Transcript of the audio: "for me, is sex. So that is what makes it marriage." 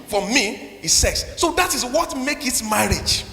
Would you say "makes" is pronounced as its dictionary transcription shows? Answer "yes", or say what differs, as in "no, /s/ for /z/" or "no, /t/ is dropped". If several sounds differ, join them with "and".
no, /s/ is dropped